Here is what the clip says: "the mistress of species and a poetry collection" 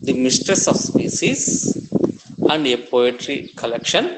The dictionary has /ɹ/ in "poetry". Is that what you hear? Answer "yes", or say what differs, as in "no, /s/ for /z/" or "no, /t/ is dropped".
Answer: yes